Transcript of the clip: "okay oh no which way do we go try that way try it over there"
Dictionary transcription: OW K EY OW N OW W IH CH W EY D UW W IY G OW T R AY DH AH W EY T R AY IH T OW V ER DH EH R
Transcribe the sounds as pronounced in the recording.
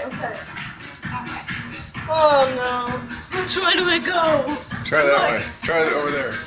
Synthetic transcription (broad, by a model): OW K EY OW N OW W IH S W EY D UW W IY G OW T R AY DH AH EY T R AY IH T OW V ER DH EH R